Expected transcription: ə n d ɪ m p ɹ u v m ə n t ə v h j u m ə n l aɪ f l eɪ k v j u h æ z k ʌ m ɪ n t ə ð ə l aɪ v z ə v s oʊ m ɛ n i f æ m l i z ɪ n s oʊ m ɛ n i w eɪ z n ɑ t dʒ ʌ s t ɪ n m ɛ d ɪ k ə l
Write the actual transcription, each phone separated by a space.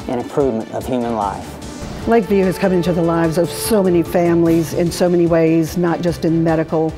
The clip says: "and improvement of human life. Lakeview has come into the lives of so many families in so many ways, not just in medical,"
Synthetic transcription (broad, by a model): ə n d ɪ m p ɹ u v m ə n t ə v h j u m ə n l aɪ f l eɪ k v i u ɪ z k ʌ m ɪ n t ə ð ə l aɪ v z ə v s oʊ m ɛ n i f æ m l i z ɪ n s oʊ m ɛ n i w eɪ z n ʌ t dʒ ʌ s t ɪ n m ɛ d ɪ k l